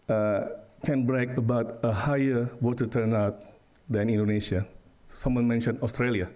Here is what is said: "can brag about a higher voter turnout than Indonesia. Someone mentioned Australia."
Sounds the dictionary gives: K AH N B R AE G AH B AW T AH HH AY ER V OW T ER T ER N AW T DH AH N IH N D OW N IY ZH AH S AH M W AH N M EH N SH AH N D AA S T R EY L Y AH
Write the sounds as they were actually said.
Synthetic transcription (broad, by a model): K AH N B R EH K AH B AW T AH HH AY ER W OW T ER T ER N AW T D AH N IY N D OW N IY SH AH S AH M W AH N M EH N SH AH N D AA S T R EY L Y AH